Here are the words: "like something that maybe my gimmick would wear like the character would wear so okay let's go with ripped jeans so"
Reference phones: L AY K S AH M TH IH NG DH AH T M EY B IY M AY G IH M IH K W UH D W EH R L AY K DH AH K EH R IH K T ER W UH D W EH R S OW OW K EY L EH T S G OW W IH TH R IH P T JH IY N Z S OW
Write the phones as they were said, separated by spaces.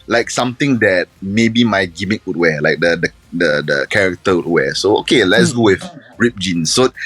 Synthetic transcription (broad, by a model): L AY K S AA M T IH NG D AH T M EY B IY M AY G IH M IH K W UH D W EH L AY K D AH K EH R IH K T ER W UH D W EH S OW OW K EY L EH T S G OW W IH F R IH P JH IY N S OW